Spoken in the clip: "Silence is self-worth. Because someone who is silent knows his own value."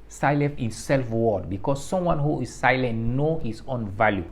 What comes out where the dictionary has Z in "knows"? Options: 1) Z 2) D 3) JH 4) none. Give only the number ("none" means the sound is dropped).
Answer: 4